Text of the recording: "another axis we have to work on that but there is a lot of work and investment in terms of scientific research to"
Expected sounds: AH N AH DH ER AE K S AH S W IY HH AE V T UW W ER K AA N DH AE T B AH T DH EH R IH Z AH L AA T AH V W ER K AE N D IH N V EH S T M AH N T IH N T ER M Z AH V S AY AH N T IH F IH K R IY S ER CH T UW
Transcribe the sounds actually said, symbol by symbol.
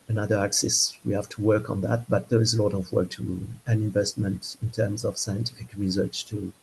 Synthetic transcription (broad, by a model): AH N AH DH ER AE K S AH S W IY HH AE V T UW W ER K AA N DH AE T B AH T DH EH R IH Z AH L AA T AH V W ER K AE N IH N V EH S T M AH N T IH N T ER M Z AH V S AY AH N T IH F IH K R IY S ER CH T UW